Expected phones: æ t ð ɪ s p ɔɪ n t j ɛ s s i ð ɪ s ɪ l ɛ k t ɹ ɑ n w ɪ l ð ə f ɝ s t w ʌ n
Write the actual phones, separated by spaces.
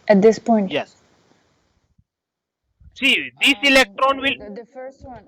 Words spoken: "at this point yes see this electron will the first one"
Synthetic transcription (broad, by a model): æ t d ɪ s p ɔɪ n t j ɛ s s i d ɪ s ɪ l ɛ k t ɹ ɑ n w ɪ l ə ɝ s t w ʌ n